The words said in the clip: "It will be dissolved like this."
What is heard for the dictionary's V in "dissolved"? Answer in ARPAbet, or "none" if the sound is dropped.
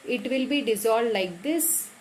none